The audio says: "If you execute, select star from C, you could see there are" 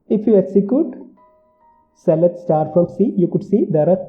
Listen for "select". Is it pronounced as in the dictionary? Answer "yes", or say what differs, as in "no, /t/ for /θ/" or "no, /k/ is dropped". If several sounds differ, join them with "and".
no, /k/ is dropped